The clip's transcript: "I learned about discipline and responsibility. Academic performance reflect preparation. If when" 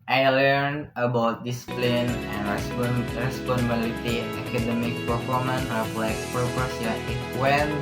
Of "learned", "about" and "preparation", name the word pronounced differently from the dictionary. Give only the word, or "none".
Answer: preparation